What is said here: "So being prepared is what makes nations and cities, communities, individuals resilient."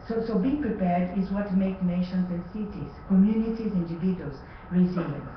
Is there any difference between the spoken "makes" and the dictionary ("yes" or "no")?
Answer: yes